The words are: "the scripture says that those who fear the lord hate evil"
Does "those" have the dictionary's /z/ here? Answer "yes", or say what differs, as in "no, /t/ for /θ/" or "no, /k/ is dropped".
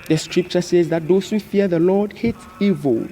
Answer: no, /s/ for /z/